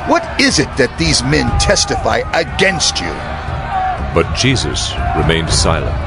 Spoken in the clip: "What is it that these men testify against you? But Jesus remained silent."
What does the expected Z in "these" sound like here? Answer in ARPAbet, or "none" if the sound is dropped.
Z